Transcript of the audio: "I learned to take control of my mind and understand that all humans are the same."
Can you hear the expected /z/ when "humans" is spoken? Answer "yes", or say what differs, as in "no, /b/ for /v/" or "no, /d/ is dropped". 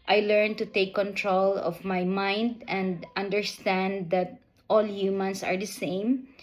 no, /s/ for /z/